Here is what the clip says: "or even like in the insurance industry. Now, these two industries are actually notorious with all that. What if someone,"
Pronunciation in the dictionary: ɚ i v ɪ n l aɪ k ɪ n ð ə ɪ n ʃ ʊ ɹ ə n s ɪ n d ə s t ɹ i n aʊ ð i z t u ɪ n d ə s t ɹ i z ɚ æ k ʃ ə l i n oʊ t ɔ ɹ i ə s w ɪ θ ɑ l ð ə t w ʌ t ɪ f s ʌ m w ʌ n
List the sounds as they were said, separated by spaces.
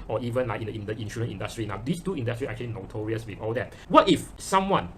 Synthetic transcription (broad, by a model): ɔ i v ɪ n l aɪ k ɪ n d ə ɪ n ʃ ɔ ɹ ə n ɪ n d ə s t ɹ i n aʊ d i s t u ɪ n d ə s t ɹ i s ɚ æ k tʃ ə l i n oʊ t ɔ ɹ i ə s w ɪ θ ɑ l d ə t w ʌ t ɪ f s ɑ m w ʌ n